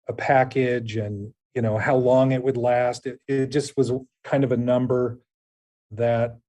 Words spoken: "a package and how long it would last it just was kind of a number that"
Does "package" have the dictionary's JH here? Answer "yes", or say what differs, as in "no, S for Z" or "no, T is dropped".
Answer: yes